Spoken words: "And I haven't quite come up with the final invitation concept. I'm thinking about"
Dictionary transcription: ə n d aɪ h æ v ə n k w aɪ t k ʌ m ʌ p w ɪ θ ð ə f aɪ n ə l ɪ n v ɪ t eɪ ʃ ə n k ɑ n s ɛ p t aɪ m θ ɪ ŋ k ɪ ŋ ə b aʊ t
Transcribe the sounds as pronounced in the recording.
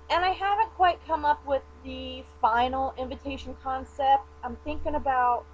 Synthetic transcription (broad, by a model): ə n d aɪ h æ v ə n k w aɪ t k ʌ m ʌ p w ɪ ð ə f aɪ n l ɪ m v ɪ t eɪ ʃ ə n k ɑ n s ɛ p t aɪ m θ ɪ ŋ k ɪ ŋ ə b aʊ t